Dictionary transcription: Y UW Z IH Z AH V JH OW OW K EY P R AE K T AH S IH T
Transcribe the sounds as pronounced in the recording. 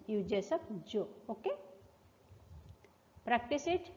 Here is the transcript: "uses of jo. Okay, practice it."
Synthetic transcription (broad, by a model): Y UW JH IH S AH P JH OW OW K EY P R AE K T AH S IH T